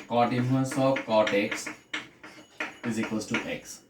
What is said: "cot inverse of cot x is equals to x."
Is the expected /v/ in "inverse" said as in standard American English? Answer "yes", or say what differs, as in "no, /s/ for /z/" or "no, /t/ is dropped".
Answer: no, /v/ is dropped